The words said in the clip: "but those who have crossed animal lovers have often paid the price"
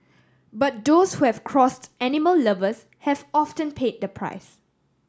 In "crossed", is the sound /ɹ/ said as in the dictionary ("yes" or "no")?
yes